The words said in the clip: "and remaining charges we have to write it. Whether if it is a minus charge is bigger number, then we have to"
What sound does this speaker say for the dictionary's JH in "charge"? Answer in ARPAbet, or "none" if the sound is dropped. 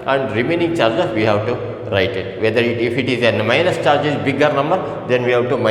JH